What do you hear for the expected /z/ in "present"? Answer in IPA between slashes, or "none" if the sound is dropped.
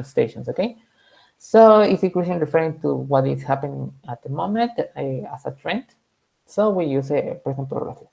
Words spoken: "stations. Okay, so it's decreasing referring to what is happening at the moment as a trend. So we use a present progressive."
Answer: /s/